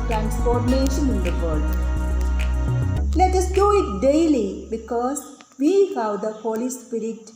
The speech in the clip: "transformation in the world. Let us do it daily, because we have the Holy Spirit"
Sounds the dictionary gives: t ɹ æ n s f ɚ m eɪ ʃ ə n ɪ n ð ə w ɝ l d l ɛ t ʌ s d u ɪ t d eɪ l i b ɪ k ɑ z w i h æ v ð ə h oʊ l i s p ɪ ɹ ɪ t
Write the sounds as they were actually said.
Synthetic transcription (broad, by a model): t ɹ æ n s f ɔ m eɪ ʃ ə n ɪ n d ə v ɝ d l ɛ t ʌ s d u ɪ t d eɪ l i b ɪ k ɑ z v i h æ v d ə h oʊ l i s p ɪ ɹ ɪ t